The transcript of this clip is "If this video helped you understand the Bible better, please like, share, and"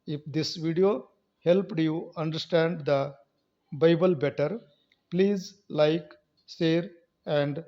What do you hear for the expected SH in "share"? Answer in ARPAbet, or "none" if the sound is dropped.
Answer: S